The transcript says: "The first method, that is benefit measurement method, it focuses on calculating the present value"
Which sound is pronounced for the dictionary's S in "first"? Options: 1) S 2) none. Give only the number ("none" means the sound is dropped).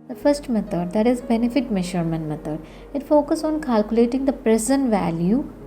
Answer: 1